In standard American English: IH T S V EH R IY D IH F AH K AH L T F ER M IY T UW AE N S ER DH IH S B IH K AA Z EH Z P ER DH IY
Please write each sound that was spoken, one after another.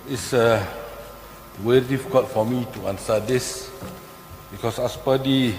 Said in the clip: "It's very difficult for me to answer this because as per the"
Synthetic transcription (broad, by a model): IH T S W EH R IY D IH F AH K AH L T F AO M IY T UW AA N S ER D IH S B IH K AA S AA S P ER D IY